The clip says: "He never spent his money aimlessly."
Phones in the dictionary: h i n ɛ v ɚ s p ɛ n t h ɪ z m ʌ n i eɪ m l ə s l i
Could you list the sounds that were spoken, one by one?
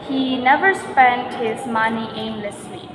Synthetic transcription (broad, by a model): h i n ɛ v ɚ s p ɛ n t h ɪ z m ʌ n i eɪ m l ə s l i